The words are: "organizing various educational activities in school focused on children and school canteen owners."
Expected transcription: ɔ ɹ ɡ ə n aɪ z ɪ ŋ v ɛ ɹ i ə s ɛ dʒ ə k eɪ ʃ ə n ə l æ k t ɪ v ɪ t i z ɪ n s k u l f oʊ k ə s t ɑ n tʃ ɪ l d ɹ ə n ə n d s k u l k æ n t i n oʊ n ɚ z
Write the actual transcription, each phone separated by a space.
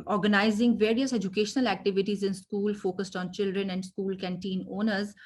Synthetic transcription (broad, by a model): ɔ ɹ ɡ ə n aɪ z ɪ ŋ v ɛ ɹ i ə s ɛ dʒ ə k eɪ ʃ ə n ə l æ k t ɪ v ɪ t i z ɪ n s k u l f oʊ k ə s t ɑ n tʃ ɪ l d ɹ ə n ə n d s k u l k æ n t i n oʊ n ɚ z